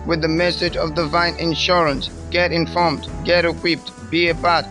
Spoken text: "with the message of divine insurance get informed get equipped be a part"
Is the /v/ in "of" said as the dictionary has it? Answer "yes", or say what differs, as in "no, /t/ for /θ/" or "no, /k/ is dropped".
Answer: yes